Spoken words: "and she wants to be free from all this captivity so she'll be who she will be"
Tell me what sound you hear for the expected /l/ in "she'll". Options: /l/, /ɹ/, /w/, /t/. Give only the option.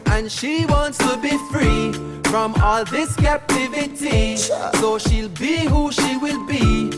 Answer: /l/